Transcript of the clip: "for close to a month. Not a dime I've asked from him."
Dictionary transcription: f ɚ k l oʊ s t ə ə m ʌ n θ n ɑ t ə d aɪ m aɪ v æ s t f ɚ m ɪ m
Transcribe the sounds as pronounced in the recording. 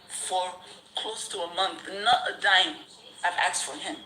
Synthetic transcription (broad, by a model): f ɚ k l oʊ s t ə ə m ʌ n θ n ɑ t ə d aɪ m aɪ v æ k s f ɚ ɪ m